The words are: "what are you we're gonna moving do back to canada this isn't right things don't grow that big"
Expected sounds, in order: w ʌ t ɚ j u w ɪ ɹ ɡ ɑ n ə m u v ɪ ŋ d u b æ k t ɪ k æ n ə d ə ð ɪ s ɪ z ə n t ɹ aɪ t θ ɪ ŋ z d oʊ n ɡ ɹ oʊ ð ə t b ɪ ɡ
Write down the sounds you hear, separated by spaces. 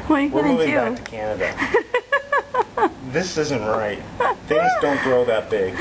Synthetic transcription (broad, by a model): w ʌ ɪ w ɪ ɹ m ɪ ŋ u b æ k t ɪ k æ n ə d ə ð ɪ s ɪ z ə n t ɹ aɪ t θ ɪ ŋ z d oʊ n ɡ ɹ oʊ ð ə t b ɪ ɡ